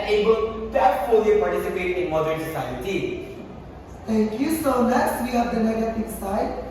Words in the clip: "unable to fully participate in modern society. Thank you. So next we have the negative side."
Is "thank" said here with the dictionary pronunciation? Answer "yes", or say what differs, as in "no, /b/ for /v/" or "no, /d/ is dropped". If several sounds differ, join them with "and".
no, /t/ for /θ/